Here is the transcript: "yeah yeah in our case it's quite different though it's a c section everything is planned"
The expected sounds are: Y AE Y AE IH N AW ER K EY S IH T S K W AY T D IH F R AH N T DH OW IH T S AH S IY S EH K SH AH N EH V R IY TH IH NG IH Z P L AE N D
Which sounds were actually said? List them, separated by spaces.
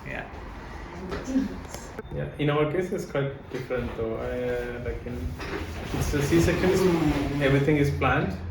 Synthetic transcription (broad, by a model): Y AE Y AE IH N AW ER K EY S IH T S K W AY T D IH F R AH N T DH OW IH T S AH S IY S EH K AH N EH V R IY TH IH NG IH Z P L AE N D